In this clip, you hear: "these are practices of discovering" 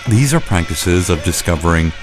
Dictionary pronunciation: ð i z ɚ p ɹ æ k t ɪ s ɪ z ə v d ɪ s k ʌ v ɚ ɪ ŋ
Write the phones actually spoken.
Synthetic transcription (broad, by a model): ð i z ɚ p ɹ æ k t ɪ s ɪ z ə v d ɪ s k ʌ v ɚ ɪ ŋ